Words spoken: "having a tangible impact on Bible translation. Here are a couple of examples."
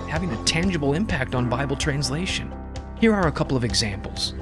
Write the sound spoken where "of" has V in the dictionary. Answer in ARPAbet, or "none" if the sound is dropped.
V